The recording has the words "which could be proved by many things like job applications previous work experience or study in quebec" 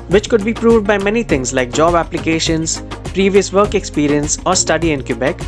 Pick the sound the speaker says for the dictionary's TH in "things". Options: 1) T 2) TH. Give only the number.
1